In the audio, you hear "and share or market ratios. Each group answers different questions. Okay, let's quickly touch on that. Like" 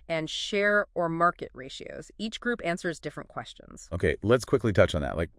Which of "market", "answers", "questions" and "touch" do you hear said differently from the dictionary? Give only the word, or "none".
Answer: none